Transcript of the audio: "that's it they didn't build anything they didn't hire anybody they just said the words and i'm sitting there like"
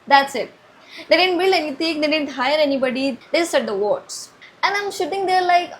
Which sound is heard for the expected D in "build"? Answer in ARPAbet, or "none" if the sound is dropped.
none